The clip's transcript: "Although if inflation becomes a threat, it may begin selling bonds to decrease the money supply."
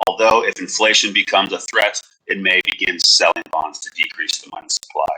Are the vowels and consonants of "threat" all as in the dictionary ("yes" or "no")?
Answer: yes